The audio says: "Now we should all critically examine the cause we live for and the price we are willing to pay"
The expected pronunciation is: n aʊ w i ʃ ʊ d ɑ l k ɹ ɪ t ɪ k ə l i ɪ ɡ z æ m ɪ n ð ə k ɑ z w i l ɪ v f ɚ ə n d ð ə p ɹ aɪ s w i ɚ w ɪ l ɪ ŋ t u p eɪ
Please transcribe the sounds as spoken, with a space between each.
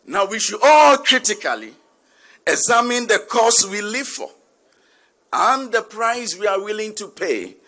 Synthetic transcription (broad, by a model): n aʊ w i ʃ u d ɑ l k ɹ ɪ t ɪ k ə l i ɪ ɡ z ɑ m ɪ n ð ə k ɑ s w i l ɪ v f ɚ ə n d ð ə p ɹ aɪ s w i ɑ w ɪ l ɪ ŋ t u p eɪ